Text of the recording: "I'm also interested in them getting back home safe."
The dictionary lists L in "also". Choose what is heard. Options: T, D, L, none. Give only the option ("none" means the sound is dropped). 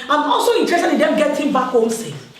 L